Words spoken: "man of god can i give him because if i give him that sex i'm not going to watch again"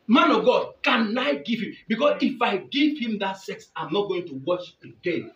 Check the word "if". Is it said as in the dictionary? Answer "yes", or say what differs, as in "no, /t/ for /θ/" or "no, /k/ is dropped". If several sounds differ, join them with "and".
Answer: yes